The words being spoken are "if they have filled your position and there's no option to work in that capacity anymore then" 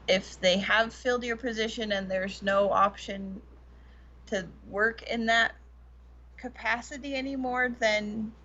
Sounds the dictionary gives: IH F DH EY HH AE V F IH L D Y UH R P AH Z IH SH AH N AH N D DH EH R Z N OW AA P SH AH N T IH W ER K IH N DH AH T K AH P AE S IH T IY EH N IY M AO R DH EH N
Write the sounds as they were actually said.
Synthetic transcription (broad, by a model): IH F DH EY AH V F IH L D Y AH R P AH Z IH SH AH N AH N DH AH R Z N OW AA P SH AH N T IH W ER K IH N DH AH T K AH P AE S IH T IY EH N IY M AO R DH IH N